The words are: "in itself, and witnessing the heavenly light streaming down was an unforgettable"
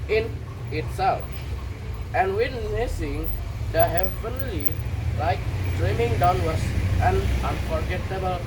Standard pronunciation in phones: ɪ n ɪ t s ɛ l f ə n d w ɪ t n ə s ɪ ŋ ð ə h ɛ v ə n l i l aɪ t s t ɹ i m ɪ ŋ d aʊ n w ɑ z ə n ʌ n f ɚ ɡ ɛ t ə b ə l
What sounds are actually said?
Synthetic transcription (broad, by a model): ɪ n ɪ t s ɛ l f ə n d w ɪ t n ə s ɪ ŋ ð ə h ɛ v ə n l i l aɪ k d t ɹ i m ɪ ŋ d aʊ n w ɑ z ə n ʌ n f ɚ ɡ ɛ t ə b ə l